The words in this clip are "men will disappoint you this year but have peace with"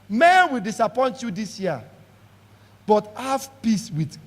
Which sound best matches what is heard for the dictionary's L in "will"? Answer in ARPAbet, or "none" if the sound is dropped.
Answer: L